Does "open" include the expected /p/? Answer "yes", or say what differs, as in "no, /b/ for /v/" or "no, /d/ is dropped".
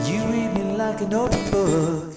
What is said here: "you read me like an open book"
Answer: no, /p/ is dropped